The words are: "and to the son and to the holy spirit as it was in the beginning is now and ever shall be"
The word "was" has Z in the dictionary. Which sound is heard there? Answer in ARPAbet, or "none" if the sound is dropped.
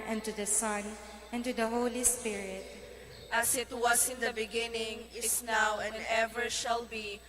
S